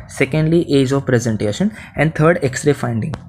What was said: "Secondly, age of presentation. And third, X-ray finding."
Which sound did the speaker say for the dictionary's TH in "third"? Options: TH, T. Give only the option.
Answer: T